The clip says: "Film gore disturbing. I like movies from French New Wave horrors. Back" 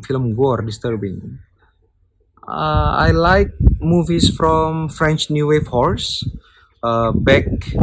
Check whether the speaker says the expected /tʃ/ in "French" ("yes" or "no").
yes